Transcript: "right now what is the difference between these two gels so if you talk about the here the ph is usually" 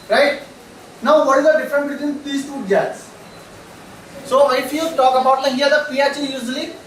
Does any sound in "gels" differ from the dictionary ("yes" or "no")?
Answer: yes